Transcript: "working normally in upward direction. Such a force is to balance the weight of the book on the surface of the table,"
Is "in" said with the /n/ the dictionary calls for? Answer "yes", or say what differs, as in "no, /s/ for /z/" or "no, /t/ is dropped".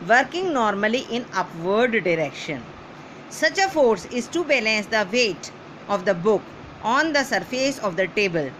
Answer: yes